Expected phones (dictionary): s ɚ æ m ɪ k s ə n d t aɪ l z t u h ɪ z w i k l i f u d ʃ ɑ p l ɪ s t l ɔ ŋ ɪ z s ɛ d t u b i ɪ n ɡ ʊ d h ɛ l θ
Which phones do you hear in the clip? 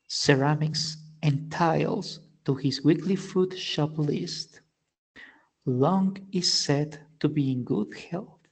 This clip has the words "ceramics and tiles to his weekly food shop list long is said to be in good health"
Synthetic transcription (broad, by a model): s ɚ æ m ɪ k s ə n t aɪ l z t u h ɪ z w i k l i f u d ʃ ɑ p l ɪ s t l ɔ ŋ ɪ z s ɛ d t u b i ɪ n ɡ ʊ d h ɛ l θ